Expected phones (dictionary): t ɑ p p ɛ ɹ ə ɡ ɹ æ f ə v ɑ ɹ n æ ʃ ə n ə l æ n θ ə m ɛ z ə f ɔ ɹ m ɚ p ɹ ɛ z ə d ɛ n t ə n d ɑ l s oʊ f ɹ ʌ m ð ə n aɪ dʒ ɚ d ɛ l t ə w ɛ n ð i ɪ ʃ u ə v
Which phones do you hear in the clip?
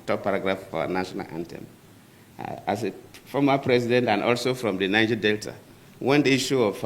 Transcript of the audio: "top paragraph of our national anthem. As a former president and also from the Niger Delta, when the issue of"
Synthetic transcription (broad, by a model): t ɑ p p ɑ ɹ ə ɡ ɹ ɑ f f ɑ n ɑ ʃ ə n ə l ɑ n t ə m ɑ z ə f ɔ m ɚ p ɹ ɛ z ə d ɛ n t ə n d ɑ l s oʊ f ɹ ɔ m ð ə n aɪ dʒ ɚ d ɛ l t ə w ɛ n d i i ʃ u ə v